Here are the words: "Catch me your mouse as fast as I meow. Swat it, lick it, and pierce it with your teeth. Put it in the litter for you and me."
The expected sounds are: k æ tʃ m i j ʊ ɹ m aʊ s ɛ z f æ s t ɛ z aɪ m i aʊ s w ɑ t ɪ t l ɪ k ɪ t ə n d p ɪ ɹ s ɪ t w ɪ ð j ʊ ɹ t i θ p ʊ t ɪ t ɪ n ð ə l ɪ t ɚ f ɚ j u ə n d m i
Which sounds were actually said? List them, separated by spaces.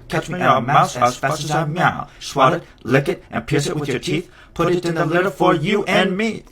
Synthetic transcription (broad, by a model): k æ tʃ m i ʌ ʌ m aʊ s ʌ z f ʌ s ɪ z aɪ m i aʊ s w ɑ t ɪ t l ɪ k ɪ t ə n p ɪ ɹ s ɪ t w ɪ ð j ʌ ɹ t i θ p ʊ t ɪ t ɪ n ð ə l ɪ t ɚ f ɚ j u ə n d m i